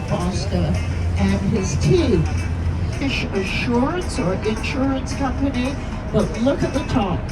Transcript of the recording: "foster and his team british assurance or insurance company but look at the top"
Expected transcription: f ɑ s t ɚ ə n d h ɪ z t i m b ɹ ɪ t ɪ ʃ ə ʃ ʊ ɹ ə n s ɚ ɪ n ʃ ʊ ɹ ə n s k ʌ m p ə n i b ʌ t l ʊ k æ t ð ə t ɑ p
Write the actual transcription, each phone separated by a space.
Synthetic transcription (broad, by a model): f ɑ s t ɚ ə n ɪ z t i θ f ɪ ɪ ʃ ə ʃ ʊ ɹ ə n s ɚ ɪ n ʃ ʊ ɹ ə n s k ʌ m p ə n i b ʌ t l ʊ k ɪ t ð ə t ɑ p